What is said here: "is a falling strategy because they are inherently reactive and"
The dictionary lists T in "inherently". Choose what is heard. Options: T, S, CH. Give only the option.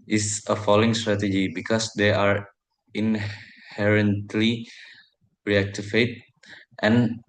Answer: T